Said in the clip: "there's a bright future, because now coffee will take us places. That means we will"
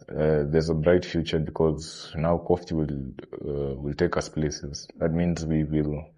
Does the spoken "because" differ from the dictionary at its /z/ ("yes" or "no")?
no